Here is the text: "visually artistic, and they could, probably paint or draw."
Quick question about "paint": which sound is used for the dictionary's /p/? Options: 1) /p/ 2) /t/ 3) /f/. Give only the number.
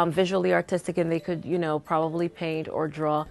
1